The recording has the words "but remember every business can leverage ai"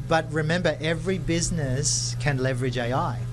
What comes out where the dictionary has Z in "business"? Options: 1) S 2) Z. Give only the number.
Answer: 2